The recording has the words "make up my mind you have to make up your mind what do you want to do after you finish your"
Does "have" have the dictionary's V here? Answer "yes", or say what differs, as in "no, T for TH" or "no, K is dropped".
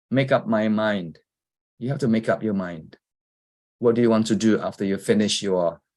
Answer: no, F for V